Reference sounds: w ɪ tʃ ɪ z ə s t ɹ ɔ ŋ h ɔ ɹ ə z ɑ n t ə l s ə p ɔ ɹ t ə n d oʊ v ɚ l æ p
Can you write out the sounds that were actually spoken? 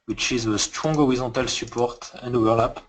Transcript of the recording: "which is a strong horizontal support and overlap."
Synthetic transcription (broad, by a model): w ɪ tʃ ɪ z ə s t ɹ ɔ ŋ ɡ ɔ ɹ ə z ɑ t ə l s ə p ɔ ɹ t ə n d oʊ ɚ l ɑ p